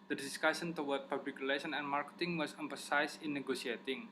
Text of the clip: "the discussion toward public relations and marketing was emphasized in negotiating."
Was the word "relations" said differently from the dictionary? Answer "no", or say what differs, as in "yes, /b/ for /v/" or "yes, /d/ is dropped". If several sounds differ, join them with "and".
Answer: yes, /z/ is dropped